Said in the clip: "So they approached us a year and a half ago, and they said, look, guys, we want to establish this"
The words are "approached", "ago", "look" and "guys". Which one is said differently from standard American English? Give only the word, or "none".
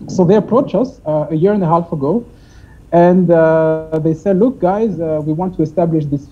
approached